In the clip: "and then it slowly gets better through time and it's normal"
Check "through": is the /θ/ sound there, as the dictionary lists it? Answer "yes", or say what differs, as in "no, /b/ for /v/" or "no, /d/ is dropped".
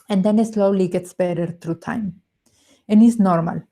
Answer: no, /t/ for /θ/